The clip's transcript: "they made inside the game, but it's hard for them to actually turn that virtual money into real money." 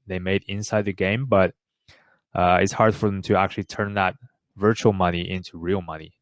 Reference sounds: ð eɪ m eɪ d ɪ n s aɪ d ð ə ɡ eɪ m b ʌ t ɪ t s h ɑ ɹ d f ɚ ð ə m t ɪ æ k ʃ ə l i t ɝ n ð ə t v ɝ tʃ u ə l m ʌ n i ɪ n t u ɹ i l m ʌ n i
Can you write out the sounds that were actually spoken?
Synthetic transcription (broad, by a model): ð eɪ m eɪ d ɪ n s aɪ d ð ə ɡ eɪ m b ʌ t ɪ t s h ɑ ɹ d f ɚ ð ə m t ɪ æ k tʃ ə l i t ɝ n ð ə t v ɝ tʃ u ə l m ʌ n i ɪ n t u ɹ i l m ʌ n i